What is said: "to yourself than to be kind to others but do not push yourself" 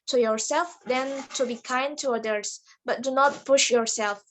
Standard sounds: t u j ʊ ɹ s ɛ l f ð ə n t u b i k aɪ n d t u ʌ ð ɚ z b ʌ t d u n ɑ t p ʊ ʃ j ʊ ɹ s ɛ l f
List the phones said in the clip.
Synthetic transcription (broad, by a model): t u j ʊ ɹ s ɛ l f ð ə n t u b i k aɪ n d t u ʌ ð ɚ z b ʌ t d u n ɑ t p ʊ ʃ j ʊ ɹ s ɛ l f